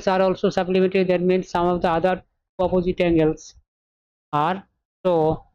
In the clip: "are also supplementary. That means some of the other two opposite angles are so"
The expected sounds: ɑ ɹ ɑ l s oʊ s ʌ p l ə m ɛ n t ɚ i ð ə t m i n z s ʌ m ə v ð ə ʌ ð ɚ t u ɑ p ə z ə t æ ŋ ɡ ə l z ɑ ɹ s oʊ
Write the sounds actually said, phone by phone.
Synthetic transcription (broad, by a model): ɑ ɹ ɑ l s oʊ s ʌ b l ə m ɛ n t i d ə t m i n s ʌ m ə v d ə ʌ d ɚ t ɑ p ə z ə t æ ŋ ɡ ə l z ɑ ɹ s oʊ